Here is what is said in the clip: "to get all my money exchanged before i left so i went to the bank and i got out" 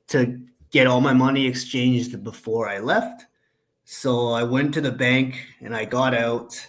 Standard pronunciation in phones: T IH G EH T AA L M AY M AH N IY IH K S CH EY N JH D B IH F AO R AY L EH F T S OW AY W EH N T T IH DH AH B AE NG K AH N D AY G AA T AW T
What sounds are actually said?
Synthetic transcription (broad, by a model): T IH G EH T AA L M AY M AH N IY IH K S CH EY N JH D B IH F AO R AY L EH F T S OW AY W EH N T T IH DH AH B AE NG K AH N AY G AA T AW T